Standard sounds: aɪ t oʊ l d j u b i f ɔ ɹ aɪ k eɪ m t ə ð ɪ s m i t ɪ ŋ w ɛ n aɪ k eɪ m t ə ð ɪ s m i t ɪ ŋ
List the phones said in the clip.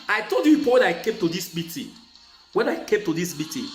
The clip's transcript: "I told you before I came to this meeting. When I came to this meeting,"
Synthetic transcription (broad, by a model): aɪ t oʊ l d j u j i p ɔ w aɪ k eɪ m t ə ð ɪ s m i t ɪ w ɛ n aɪ k eɪ m t ə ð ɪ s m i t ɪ